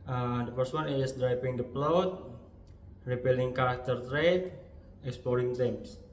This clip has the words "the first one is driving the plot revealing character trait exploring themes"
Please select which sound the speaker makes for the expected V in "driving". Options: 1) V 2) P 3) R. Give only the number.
2